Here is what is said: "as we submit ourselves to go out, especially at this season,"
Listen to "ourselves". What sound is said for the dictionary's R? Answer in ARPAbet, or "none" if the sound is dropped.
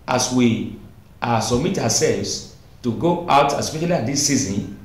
W